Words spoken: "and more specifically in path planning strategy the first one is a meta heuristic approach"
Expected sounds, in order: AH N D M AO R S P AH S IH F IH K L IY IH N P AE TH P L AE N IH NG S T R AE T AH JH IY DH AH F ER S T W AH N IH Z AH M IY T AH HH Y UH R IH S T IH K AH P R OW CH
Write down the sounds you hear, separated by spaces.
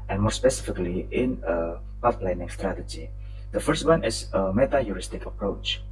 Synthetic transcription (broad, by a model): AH N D M AO R S P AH S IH F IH K L IY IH N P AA F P L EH N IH NG S T R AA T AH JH IY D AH F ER S T W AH N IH S AH M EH T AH Y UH R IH S T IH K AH P R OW CH